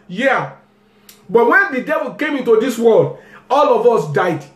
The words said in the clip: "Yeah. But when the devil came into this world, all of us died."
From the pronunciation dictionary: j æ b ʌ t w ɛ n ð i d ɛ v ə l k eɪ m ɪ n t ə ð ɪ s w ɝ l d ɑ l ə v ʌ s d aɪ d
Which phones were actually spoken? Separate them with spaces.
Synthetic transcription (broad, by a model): j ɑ b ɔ t w ɛ n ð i d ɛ v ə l k eɪ m ɪ n t ə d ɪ s w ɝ l d ɑ l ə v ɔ s d aɪ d